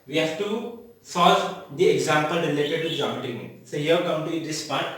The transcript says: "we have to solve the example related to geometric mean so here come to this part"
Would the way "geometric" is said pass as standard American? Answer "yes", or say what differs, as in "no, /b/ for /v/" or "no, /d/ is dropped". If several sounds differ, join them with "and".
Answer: no, /ɹ/ is dropped